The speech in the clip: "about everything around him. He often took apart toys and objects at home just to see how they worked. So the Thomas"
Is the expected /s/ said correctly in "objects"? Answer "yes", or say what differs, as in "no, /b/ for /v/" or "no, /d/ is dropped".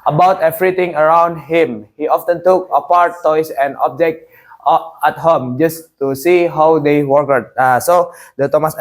no, /s/ is dropped